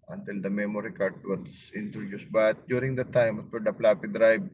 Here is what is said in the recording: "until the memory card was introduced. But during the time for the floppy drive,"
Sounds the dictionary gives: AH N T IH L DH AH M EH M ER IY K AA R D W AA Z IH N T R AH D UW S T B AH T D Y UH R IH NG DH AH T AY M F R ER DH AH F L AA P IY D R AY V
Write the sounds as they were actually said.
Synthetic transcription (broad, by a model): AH N T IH L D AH M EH M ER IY K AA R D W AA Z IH N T R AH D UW S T B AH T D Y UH R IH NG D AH T AY M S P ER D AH P L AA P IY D R AY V